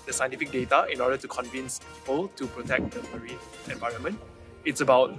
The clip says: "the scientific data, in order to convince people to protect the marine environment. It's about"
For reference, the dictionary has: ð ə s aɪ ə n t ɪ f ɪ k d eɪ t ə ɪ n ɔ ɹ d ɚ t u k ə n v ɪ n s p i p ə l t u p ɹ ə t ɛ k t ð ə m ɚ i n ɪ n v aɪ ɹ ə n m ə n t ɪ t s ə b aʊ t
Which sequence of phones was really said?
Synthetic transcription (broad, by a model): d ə s aɪ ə n t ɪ f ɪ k d eɪ t ə ɪ n ɔ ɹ d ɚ t u k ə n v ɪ n s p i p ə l t u p ɹ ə t ɛ k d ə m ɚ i ɪ n v aɪ ɹ ə n m ə n t ɪ t s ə b aʊ t